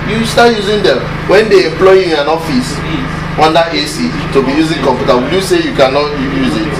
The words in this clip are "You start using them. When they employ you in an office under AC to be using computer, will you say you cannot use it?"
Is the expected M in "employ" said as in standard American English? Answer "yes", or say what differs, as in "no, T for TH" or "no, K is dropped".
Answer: yes